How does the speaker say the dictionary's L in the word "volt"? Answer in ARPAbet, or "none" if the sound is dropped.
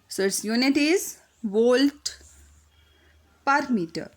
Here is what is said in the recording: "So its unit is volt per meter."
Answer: L